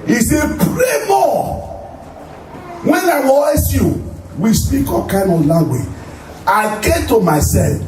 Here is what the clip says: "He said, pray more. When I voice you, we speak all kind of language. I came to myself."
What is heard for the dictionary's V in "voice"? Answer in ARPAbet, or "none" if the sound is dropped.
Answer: W